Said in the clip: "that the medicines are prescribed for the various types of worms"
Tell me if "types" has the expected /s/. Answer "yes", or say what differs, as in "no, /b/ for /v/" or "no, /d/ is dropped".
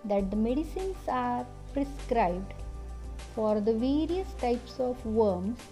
yes